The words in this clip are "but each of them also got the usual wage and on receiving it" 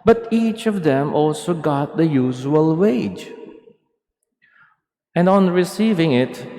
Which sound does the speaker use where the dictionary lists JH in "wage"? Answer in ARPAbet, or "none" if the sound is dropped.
JH